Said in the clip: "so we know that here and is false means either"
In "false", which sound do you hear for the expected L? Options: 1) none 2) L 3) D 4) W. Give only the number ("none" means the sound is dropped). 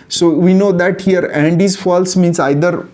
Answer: 2